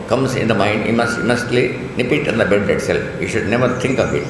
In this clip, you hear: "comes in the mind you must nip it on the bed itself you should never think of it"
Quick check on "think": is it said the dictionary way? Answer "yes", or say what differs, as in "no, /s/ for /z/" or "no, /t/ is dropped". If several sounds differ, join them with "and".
no, /t/ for /θ/